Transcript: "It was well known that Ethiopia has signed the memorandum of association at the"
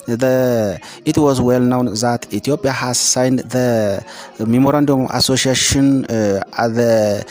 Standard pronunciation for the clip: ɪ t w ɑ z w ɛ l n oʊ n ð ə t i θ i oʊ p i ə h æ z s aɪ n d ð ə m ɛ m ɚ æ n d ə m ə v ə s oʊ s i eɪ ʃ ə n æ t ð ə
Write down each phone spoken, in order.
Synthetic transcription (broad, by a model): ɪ t w ɑ z w ɛ l n oʊ n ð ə t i t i oʊ p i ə h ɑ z s aɪ n d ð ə m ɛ m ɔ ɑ n d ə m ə s oʊ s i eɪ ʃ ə n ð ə